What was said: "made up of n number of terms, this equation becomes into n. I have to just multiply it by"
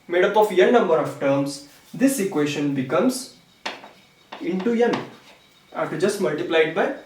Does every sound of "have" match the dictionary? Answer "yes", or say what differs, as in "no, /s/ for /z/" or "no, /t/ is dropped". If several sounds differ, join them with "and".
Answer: no, /f/ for /v/